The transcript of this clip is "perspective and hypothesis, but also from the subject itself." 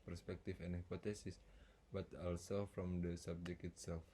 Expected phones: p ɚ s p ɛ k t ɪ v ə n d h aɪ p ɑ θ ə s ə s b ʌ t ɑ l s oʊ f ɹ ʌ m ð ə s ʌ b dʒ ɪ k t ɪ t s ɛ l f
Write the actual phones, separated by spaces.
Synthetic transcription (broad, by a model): p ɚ s p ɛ k t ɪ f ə n h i p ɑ t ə s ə s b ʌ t ɑ l s oʊ f ɹ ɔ m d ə s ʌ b dʒ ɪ k ɪ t s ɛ l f